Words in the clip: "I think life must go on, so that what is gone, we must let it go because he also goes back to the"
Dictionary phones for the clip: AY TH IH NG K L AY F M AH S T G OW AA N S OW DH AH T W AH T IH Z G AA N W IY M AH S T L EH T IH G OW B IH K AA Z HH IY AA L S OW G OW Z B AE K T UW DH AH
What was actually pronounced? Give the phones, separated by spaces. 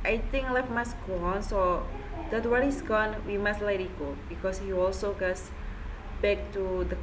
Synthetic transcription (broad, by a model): AY T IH NG K L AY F M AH S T G OW AA N S OW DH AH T W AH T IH S G AA N W IY M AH S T L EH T IH G OW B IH K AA S HH IY AA L S OW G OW S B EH K T UW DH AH